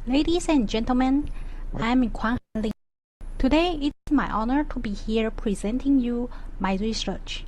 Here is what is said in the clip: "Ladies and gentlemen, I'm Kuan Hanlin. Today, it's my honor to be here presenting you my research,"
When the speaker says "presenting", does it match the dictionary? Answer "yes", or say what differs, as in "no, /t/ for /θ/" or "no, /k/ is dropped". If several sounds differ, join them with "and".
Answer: yes